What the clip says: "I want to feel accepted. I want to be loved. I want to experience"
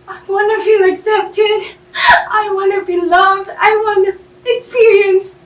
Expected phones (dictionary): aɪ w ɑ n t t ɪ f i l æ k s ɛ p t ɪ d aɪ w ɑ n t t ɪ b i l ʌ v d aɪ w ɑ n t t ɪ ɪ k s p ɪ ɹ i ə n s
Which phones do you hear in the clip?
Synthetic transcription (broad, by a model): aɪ w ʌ n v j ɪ æ k s ɛ p t ɪ d aɪ w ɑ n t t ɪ b i l ʌ v d aɪ w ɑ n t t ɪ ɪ k s p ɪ ɹ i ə n s